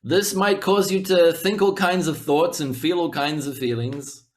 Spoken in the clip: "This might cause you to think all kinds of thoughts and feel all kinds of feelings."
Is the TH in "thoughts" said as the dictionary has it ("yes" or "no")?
yes